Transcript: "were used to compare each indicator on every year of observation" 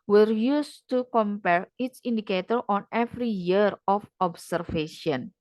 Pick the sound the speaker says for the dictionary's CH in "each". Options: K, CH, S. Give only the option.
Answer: S